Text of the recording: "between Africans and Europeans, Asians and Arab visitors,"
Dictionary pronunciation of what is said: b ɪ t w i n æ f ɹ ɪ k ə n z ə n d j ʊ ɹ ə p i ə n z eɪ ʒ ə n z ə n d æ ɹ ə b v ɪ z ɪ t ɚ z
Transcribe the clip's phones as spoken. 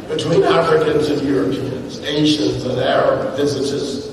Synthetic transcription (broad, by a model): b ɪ t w i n æ f ɹ ɪ k ə n z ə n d j ʊ ɹ ə p i ə n z eɪ ʃ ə n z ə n æ ɹ ə b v ɪ z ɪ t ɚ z